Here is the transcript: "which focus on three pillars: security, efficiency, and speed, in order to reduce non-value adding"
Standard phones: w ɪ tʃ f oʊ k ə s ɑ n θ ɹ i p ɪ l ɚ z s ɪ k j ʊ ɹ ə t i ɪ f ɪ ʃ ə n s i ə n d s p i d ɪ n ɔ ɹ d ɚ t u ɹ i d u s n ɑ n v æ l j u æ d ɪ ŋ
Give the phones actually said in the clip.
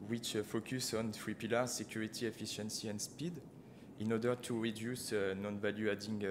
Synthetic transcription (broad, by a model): w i tʃ f oʊ k ə s ɑ n t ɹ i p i l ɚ s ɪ k j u ɹ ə t i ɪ f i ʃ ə n s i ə n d s p i d ɪ n ɔ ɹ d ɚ t u ɹ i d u s n ɑ n v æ l j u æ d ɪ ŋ